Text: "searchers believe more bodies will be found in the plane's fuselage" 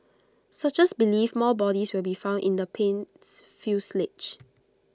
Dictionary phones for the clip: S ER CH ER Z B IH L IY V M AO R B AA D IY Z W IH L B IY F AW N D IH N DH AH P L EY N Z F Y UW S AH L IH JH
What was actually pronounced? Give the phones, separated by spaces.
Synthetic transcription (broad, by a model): S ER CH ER S B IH L IY F M AO L B AA D IY S W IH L B IY F AW N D IH N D AH P EY N S F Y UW S L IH CH